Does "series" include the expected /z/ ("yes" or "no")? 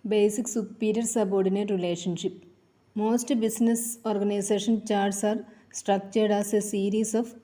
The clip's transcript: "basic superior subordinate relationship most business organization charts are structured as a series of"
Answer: no